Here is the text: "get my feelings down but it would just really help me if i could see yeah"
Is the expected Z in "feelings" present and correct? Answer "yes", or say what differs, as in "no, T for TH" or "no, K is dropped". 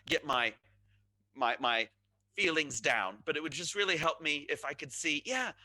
yes